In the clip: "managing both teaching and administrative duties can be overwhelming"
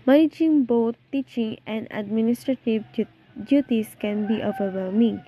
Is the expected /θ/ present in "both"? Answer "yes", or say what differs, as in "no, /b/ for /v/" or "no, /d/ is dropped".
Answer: no, /t/ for /θ/